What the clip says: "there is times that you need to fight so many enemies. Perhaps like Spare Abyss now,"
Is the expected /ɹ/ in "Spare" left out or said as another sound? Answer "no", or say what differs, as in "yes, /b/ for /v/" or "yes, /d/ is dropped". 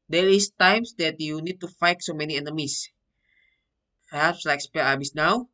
yes, /l/ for /ɹ/